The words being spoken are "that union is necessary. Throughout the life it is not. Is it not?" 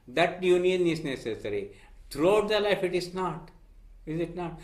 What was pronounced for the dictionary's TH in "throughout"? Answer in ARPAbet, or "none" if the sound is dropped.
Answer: T